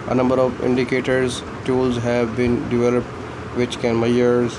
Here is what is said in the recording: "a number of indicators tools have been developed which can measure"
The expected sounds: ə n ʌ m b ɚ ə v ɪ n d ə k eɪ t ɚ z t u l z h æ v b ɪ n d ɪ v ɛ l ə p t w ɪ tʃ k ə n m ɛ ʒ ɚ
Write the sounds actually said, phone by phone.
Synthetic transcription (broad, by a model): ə n ʌ m b ɚ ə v ɪ n d ə k eɪ t ɚ z t u l z h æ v b ɪ n d ɪ v ɛ l ə p t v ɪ tʃ k ə n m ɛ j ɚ